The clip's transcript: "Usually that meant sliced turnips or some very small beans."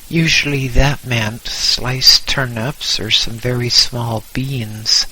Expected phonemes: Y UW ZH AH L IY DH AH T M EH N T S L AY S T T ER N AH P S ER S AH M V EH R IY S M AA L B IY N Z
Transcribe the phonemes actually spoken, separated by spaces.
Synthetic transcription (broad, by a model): Y UW ZH L IY DH AH T M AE N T S L AY S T T ER N AH P S ER S AH M V EH R IY S M AA L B IY N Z